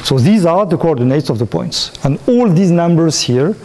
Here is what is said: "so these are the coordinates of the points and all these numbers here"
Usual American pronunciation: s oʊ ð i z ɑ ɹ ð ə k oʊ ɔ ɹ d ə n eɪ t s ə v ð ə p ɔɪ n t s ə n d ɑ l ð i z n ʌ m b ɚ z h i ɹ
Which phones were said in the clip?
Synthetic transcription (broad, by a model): s oʊ ð i z ɑ ɹ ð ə k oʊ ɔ ɹ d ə n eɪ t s ə v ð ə p ɔɪ n t s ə n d ɑ l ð i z n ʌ m b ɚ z h i ɹ